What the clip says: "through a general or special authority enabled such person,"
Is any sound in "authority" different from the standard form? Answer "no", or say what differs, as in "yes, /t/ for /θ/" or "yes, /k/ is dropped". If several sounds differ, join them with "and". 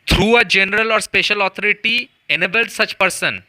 yes, /t/ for /θ/